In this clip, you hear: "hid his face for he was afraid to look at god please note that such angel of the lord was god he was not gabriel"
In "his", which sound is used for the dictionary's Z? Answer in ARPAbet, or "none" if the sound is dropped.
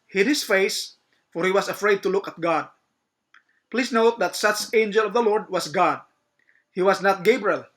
S